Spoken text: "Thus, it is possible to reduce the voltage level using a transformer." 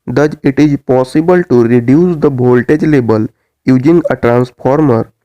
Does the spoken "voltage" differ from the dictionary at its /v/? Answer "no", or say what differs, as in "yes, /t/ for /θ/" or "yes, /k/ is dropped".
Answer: yes, /b/ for /v/